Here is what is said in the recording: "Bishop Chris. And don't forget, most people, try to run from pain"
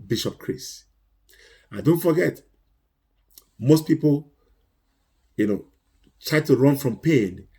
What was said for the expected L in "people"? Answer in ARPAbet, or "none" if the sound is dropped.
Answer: N